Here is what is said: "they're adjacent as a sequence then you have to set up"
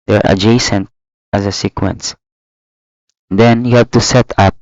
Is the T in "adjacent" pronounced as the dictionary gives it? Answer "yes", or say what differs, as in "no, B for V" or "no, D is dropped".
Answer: yes